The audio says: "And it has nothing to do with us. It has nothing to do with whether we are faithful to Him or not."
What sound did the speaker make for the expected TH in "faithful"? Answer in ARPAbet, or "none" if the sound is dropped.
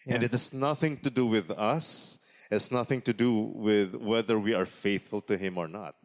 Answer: TH